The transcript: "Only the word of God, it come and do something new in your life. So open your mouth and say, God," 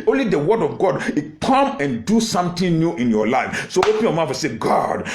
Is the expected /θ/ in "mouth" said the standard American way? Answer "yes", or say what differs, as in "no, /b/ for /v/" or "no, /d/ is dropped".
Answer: no, /f/ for /θ/